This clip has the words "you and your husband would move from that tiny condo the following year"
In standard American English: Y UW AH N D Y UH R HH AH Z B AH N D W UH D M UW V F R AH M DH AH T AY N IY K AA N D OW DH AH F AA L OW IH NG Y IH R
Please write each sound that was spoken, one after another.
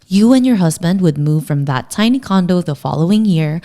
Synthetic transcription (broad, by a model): Y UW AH N Y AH R HH AH Z B AH N D W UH D M UW V F R AH M DH AH T AY N IY K AA N D OW DH AH F AA L OW IH NG Y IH R